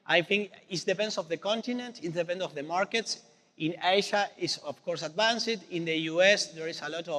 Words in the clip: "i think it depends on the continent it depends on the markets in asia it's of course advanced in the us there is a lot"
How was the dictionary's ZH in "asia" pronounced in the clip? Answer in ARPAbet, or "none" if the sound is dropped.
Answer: SH